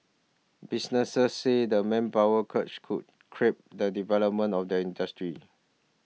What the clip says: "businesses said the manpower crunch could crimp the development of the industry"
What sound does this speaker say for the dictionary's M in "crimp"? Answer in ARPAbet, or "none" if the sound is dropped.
none